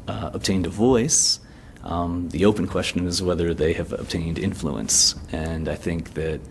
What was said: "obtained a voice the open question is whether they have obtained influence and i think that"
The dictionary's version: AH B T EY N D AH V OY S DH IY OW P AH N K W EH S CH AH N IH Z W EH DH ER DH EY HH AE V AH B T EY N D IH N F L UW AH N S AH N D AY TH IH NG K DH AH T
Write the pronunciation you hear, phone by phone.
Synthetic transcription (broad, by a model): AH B T EY N D AH V OY S DH IY OW P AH N K W EH S CH AH N IH Z W EH DH ER DH EY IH V AH B T EY N D IH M F L UW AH N S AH N AY TH IH NG K DH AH T